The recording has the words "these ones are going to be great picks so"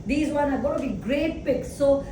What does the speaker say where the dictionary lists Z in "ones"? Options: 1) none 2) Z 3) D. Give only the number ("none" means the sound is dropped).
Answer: 1